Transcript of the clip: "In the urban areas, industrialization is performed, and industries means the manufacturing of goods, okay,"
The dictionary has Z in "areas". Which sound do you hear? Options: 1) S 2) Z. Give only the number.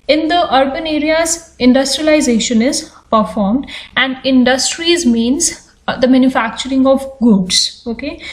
2